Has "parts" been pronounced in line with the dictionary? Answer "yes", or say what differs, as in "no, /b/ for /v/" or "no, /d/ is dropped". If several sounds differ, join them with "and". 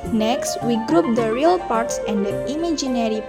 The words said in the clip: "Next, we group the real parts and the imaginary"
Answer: yes